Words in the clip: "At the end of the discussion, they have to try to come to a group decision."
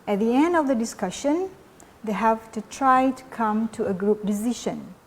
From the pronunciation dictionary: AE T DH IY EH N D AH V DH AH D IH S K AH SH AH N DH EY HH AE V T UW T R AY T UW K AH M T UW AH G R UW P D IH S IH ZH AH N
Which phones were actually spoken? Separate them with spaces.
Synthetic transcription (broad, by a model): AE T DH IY EH N D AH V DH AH D IH S K AH SH AH N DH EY HH AE V T UW T R AY T UW K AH M T UW AH G R UW P D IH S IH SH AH N